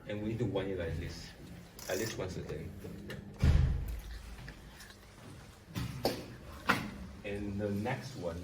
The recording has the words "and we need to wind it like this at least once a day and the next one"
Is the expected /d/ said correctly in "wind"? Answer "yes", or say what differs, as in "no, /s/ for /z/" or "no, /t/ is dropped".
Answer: no, /d/ is dropped